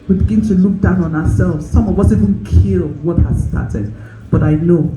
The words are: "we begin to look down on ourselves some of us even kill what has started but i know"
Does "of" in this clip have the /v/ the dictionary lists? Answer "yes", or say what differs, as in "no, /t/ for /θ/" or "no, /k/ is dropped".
no, /w/ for /v/